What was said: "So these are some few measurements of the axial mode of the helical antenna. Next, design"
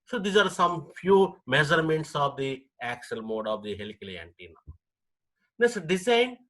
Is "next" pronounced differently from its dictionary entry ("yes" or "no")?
yes